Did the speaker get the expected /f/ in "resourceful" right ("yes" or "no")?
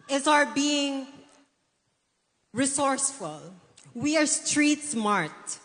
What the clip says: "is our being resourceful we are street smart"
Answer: yes